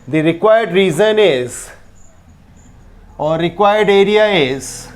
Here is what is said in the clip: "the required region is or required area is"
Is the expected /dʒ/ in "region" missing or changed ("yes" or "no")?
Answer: yes